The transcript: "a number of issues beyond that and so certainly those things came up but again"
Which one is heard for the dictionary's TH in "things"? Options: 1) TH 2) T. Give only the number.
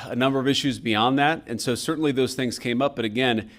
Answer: 1